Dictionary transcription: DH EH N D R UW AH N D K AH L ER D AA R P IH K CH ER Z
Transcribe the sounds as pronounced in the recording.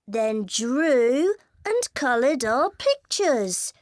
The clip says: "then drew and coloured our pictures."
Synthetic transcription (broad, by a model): DH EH N D R UW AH N K AH L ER D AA P IH K CH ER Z